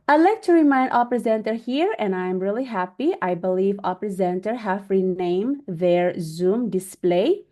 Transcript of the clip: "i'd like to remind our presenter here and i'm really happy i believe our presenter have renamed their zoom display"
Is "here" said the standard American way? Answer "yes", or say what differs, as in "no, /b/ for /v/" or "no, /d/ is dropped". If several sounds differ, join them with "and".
yes